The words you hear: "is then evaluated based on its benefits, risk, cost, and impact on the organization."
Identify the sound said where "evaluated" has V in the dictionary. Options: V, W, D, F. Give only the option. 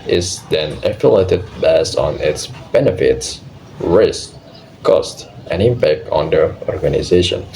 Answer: F